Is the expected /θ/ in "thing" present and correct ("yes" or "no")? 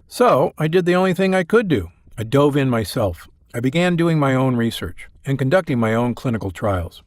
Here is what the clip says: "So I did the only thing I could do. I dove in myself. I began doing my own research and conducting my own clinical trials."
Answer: yes